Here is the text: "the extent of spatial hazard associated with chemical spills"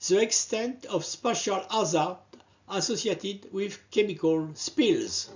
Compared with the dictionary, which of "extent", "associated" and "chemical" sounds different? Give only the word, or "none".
none